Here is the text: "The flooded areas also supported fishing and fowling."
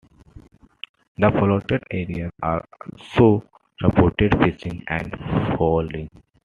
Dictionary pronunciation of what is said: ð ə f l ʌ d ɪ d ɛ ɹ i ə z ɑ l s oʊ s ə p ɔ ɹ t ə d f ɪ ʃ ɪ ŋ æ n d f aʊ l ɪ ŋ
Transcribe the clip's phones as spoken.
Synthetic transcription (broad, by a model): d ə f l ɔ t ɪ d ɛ ɹ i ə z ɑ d s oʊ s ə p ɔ ɹ t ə d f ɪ s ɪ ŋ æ n d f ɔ l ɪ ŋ